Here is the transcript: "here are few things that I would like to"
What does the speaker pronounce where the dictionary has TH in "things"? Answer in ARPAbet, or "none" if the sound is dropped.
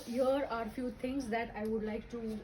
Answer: T